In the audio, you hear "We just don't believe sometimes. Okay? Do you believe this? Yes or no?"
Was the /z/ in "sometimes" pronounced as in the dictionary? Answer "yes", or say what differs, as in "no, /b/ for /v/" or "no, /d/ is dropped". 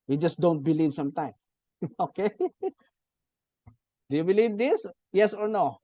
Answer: no, /z/ is dropped